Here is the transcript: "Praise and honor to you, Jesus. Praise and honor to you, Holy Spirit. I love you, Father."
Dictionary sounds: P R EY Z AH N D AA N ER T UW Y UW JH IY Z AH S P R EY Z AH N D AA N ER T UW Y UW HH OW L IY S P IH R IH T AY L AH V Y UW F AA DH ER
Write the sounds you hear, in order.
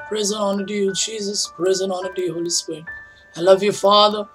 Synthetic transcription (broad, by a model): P R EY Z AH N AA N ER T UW Y UW JH IY Z AH S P R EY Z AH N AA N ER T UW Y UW HH OW L IY S P IH R IH T AY L AH V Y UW F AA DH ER